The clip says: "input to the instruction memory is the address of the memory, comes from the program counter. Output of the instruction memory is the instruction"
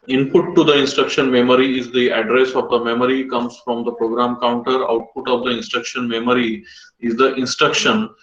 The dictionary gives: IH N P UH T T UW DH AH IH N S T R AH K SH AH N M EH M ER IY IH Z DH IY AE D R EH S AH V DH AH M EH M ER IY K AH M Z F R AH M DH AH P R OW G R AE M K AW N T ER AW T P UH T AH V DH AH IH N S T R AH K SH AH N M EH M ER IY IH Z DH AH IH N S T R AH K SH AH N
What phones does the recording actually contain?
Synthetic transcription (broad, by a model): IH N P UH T T UW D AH IH N S T R AH K SH AH N M EH M ER IY IH Z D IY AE D R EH S AH V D AH M EH M ER IY K AH M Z F R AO M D AH P R OW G R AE M K AW N T ER AW T P UH T AH V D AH IH N S T R AH K SH AH N M EH M ER IY IH Z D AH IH N S T R AH K SH AH N